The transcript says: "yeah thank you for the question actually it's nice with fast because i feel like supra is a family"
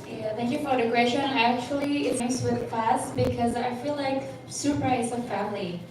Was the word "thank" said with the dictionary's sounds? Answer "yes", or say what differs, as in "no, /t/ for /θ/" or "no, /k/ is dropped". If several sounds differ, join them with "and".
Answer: yes